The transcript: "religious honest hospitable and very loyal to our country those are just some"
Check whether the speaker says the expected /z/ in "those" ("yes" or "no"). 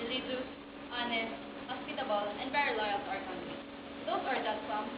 no